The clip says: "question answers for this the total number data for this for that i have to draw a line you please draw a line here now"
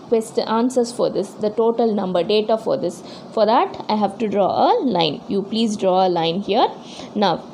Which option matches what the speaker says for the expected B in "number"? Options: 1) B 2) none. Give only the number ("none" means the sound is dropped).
1